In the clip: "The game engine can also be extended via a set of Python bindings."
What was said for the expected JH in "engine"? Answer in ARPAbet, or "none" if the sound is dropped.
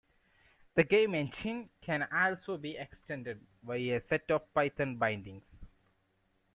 SH